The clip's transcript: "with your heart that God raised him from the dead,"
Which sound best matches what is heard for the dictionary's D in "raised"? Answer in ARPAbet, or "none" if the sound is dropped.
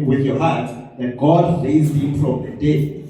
none